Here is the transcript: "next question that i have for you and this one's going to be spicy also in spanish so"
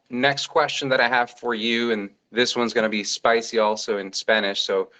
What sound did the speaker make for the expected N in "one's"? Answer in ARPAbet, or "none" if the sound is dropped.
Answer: N